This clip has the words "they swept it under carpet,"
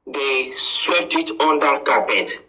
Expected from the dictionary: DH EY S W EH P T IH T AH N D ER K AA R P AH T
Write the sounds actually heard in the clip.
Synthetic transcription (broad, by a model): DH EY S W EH T IH T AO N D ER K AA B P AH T